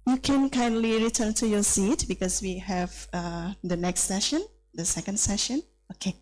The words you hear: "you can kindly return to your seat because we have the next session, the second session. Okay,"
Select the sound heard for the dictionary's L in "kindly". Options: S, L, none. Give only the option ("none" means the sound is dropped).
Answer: L